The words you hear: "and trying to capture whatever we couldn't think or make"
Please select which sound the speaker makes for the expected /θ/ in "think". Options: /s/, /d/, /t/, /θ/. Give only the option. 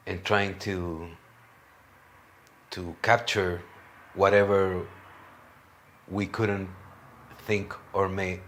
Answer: /θ/